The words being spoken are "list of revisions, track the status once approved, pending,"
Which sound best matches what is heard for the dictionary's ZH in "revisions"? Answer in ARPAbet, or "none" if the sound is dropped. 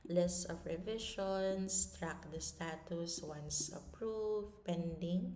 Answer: SH